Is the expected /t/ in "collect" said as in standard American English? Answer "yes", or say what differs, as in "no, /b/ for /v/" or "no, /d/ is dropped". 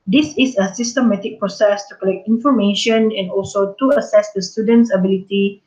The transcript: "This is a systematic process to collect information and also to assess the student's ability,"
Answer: yes